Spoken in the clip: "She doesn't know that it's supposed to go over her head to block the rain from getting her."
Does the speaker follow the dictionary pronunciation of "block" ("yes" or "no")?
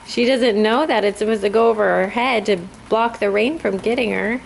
yes